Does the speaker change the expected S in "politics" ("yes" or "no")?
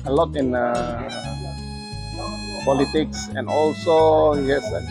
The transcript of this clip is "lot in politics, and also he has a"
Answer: no